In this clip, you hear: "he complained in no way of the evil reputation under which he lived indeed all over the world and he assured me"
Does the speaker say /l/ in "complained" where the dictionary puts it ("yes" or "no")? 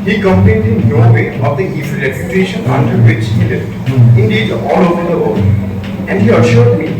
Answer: no